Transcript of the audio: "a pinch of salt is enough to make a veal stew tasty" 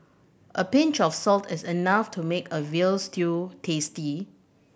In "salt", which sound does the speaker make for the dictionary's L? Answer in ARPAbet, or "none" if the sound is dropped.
L